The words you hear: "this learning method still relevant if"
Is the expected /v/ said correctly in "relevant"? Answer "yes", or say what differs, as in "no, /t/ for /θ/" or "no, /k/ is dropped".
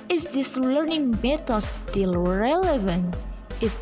yes